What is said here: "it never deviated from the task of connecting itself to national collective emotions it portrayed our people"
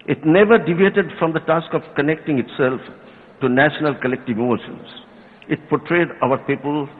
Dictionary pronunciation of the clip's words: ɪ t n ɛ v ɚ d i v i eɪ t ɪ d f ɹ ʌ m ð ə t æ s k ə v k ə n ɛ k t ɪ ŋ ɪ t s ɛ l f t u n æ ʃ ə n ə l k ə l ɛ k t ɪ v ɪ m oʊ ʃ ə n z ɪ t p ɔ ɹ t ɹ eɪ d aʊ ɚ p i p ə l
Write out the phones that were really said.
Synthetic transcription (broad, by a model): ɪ t n ɛ v ɚ d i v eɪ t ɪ d f ɹ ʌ m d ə t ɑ s k ə v k ə n ɛ k t ɪ ŋ ɪ t s ɛ l f t u n æ ʃ ə n ə l k ə l ɛ k t ɪ v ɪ m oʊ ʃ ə n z ɪ t p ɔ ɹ t ɹ eɪ d aʊ ɚ p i p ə l